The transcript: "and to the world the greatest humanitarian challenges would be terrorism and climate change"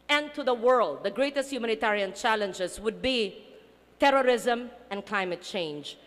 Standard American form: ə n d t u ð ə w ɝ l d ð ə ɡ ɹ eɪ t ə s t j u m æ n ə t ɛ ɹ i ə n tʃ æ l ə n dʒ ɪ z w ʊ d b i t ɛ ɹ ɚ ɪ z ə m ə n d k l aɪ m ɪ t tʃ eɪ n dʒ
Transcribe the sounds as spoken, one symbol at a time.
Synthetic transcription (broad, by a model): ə n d t u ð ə w ɝ l d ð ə ɡ ɹ eɪ t ə s t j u m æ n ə t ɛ ɹ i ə n tʃ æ l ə n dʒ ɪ s w ʊ d b i t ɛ ɹ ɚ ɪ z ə m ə n k l aɪ m ɪ t tʃ eɪ n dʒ